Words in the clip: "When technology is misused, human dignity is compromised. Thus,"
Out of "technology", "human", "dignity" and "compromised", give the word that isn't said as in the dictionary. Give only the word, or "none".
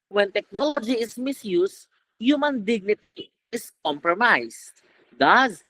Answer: compromised